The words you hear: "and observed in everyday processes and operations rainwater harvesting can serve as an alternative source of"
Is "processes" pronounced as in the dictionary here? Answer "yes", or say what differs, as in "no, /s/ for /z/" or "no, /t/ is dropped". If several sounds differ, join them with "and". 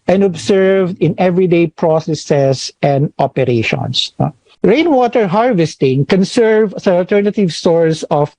no, /s/ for /z/